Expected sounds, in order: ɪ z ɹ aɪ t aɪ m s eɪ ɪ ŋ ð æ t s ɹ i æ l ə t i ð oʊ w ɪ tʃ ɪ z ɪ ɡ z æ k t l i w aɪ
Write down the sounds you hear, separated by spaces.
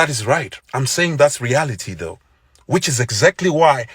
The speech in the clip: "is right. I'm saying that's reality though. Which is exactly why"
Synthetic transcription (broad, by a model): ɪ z ɹ aɪ t aɪ m s eɪ ɪ ŋ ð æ t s ɹ i æ l ə t i ð oʊ w ɪ tʃ ɪ z ɪ ɡ z æ k t l i w aɪ